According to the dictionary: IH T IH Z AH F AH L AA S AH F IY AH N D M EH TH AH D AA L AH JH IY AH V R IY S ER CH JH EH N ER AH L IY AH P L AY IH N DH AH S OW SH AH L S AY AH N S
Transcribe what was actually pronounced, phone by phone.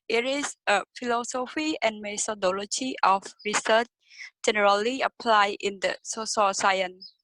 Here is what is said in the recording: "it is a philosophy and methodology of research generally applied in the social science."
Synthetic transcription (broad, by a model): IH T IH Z AH F AH L AA S AH F IY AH N M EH T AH D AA L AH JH IY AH F R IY S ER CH JH EH N ER AH L IY AH P L AY IH N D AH S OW S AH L S AY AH N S